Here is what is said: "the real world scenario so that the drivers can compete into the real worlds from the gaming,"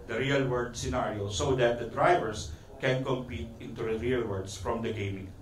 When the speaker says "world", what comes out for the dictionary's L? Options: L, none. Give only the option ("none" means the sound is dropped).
none